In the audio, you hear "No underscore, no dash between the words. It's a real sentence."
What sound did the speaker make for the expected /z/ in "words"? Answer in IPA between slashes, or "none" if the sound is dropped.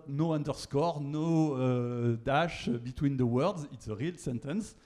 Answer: /z/